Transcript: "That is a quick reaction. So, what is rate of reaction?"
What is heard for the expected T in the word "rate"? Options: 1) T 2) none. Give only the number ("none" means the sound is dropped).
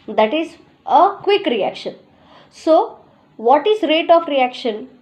1